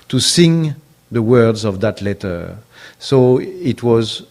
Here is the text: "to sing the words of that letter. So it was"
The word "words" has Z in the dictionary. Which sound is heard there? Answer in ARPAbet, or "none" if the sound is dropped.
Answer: Z